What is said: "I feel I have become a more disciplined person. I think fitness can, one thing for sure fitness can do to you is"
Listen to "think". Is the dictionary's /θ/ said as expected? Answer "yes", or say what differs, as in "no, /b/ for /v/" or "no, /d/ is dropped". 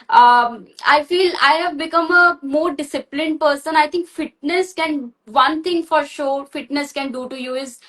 no, /t/ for /θ/